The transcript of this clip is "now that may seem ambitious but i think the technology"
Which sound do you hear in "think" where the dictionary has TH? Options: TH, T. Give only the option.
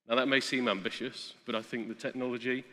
TH